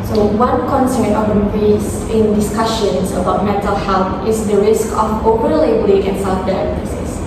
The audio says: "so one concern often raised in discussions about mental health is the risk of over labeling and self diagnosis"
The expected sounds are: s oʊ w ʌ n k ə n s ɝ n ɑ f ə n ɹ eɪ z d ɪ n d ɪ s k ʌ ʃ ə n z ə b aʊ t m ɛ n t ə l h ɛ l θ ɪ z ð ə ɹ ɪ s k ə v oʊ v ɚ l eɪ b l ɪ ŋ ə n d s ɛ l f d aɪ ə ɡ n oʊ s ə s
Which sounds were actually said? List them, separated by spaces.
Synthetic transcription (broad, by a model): s oʊ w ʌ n k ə n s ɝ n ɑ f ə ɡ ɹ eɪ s ɪ n d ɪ s k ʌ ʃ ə n s ə b aʊ t m ɛ n t ə l h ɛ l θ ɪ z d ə ɹ ɪ s k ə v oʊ p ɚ l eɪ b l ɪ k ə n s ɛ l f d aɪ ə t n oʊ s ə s